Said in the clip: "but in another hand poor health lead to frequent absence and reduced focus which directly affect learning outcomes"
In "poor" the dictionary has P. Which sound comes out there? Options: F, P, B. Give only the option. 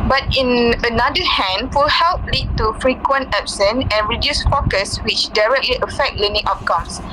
F